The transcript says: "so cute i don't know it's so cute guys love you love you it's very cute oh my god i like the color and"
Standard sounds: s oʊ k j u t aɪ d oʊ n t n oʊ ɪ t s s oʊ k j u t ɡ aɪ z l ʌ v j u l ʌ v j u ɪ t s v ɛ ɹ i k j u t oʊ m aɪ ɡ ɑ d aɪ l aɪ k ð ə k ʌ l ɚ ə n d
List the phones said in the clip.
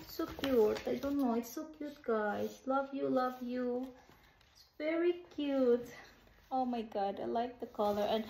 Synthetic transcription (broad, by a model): s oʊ k j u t aɪ d oʊ n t n oʊ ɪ t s s oʊ k j u t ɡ aɪ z l ʌ v j u l ʌ v j u ɪ t s v ɛ ɹ i k j u t oʊ m aɪ ɡ ɑ d aɪ l aɪ k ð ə k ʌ l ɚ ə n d